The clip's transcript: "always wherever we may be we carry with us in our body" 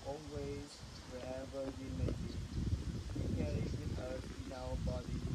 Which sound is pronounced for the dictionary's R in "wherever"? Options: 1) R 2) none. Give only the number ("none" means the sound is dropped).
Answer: 2